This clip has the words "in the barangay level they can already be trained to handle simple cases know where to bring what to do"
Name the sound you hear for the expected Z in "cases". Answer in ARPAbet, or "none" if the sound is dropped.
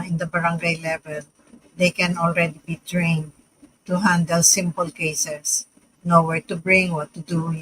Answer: S